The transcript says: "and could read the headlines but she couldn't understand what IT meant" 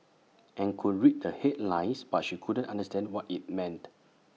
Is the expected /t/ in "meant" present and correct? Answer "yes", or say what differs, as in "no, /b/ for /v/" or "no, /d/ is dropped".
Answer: yes